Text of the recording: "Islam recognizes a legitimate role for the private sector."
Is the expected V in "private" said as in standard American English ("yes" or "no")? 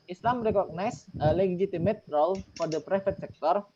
no